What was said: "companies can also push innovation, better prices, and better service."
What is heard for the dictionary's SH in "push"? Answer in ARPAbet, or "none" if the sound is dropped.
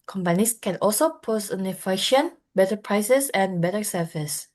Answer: S